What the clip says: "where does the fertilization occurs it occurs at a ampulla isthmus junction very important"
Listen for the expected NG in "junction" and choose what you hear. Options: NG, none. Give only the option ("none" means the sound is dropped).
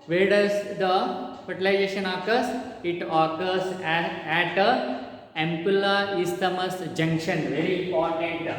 NG